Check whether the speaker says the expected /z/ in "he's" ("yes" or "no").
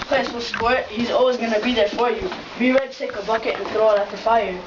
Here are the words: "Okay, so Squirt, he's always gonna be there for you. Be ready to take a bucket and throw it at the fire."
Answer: yes